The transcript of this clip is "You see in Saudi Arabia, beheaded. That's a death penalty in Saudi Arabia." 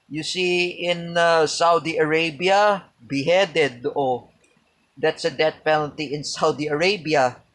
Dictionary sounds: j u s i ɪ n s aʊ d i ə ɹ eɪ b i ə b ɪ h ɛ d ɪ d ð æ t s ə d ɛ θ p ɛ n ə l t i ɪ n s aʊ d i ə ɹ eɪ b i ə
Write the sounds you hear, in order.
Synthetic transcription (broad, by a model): j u s i ɪ n s aʊ d i ə ɹ eɪ b i ə b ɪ h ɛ d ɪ d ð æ t s ə d ɛ t p ɛ n ə l t i ɪ n s aʊ d i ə ɹ eɪ b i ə